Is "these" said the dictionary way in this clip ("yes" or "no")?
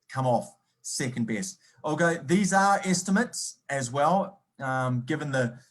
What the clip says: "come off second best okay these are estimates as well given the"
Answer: yes